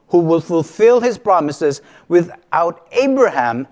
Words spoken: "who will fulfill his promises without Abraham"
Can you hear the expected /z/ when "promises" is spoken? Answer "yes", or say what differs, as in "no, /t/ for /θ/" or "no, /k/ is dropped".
yes